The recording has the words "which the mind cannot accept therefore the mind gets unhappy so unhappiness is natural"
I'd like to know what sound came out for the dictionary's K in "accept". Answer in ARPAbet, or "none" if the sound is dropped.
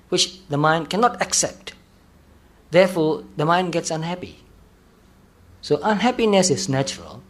K